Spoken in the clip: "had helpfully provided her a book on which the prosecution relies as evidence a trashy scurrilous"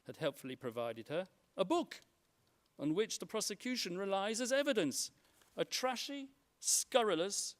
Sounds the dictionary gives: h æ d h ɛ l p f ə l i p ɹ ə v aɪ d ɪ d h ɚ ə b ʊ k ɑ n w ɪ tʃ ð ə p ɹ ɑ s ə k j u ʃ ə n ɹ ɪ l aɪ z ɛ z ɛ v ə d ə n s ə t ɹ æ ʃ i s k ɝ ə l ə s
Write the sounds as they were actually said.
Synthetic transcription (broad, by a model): h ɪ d h ɛ l p f l i p ɹ ə v aɪ d ɪ d ɚ ə b ʊ k n w ɪ tʃ ð ə p ɹ ɑ s ə k j u ʃ ə n ɹ ɪ l aɪ z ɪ z ɛ v ə d ə n s ə t ɹ æ ʃ i s k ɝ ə l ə s